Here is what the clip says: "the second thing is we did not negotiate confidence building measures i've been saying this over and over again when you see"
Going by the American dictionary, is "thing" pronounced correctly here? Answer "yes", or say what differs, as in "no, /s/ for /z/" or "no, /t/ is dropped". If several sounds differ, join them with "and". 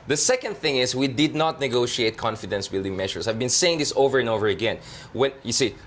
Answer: yes